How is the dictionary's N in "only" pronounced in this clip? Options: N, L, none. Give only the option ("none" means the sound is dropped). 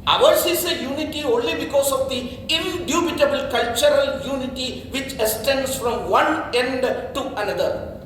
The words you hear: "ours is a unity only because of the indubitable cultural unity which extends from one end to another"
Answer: N